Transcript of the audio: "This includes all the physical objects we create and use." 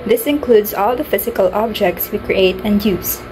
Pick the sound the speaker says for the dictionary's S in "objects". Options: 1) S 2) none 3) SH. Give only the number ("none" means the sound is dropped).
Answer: 1